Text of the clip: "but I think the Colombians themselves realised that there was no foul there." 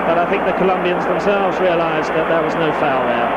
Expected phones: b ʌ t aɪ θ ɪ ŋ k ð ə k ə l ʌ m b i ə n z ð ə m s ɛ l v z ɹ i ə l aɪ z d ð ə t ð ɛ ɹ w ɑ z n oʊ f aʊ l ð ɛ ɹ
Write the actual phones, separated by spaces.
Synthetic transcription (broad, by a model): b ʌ t aɪ θ ɪ ŋ k ð ə k ə l ʌ m b i ə n z ð ə m s ɛ l v z ɹ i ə l aɪ z ð ə t ð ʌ ɹ w ɑ z n oʊ f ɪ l ð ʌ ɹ